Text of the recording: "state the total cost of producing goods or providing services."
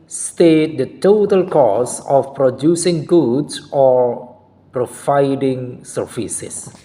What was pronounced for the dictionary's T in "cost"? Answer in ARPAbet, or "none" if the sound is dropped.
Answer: none